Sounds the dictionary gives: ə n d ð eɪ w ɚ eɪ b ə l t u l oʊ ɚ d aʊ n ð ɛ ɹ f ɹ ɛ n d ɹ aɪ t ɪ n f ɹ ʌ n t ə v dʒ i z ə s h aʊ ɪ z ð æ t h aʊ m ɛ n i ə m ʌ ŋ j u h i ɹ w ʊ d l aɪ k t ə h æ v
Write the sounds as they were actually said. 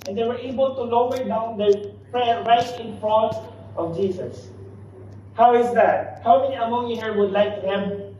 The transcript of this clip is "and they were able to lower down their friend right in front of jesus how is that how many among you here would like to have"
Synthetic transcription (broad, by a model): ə n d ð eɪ w ɚ eɪ b ə l t u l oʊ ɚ d aʊ n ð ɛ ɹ p ɹ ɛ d ɹ aɪ t ɪ n f ɹ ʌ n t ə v dʒ i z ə s h aʊ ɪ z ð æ t h aʊ m ɛ n i ə m ʌ ŋ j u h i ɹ w ʊ d l aɪ k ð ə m